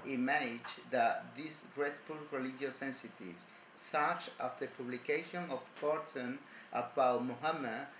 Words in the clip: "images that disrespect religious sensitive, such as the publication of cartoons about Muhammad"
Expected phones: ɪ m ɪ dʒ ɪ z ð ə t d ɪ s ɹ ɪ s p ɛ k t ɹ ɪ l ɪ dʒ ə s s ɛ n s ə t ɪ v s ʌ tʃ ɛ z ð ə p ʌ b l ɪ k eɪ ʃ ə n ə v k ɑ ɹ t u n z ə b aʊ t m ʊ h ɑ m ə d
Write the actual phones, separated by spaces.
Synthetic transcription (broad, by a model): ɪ m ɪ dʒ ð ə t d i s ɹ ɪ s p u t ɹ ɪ l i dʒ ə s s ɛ n s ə t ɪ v s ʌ tʃ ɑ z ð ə p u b l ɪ k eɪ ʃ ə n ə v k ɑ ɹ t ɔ n ə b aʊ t m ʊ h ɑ m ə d